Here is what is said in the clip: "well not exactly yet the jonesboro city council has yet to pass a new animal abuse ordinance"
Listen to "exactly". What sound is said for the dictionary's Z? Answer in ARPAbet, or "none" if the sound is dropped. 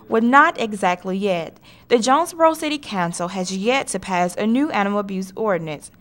Z